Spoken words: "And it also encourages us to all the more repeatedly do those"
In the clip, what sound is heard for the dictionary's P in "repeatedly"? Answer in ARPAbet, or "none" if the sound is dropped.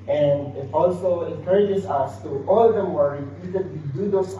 none